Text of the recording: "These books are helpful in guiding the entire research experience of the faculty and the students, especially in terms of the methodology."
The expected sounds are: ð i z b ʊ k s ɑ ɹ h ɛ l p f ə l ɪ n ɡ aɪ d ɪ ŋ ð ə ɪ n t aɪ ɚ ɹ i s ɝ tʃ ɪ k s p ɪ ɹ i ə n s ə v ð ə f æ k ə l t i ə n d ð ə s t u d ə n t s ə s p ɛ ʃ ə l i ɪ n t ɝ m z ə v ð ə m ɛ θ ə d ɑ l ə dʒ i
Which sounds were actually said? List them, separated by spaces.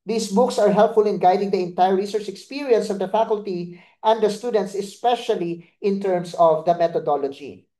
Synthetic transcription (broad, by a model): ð i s b ʊ k s ɑ ɹ h ɛ l p f ə l ɪ n ɡ aɪ d ɪ ŋ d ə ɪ n t aɪ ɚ ɹ i s ɝ tʃ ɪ k s p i ɹ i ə n s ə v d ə f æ k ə l t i ə n d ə s t u d ə n t s ə s p ɛ ʃ ə l i ɪ n t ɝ m s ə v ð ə m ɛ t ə d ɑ l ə dʒ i